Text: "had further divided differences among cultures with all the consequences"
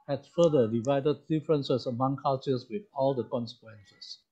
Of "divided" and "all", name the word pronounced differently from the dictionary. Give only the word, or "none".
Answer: none